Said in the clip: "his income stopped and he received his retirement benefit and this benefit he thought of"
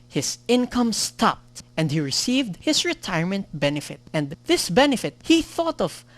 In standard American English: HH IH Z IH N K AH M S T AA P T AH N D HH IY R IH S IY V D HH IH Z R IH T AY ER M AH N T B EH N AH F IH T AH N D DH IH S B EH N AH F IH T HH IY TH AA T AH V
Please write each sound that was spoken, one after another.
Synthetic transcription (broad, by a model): HH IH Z IH N K AH M S T AA P T AH N D HH IY R IH S IY V D HH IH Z R IH T AY ER M AH N T B EH N AH F IH T AH N D DH IH S B EH N AH F IH T HH IY TH AA T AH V